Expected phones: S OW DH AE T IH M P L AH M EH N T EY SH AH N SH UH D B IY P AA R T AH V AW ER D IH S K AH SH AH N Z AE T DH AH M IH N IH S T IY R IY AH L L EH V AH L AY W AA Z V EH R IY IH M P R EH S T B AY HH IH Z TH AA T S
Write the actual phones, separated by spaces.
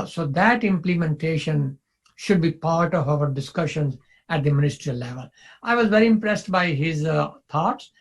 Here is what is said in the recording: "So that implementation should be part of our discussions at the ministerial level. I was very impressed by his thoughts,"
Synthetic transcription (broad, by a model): S OW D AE T IH M P L AH M EH N T EY SH AH N SH UH D B IY P AA R T AH V AW ER D IH S K AH SH AH N Z AE T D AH M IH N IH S T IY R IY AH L L EH V AH L AY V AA Z V EH R IY IH M P R EH S T B AY HH IH Z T AA T S